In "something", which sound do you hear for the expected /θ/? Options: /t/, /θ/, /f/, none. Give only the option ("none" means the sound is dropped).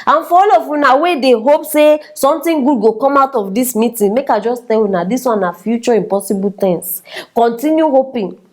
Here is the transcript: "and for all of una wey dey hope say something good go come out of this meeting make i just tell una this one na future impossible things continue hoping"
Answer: /t/